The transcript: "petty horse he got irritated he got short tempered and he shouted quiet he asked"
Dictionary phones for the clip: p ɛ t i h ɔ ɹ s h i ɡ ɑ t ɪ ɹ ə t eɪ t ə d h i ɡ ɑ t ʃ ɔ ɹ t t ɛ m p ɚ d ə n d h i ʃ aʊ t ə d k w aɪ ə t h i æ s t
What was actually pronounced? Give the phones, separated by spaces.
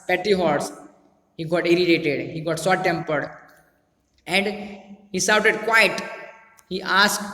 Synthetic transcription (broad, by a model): p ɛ t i h ɔ ɹ s h i ɡ ɑ t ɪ ɹ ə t eɪ t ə d h i ɡ ɑ t s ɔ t t ɛ m p ɚ d ə n d h i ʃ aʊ t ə d k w aɪ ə t h i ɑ s